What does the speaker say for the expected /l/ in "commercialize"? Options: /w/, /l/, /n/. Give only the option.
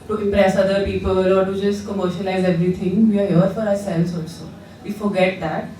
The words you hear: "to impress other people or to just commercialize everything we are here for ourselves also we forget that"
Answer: /n/